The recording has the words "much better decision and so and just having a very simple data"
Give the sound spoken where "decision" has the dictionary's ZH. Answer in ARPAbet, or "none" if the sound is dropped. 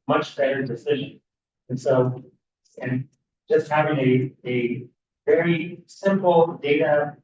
ZH